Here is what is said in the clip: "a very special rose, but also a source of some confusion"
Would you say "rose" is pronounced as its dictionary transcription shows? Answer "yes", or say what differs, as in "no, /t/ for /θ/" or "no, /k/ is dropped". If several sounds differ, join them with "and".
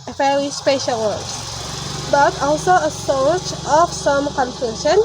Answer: no, /w/ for /ɹ/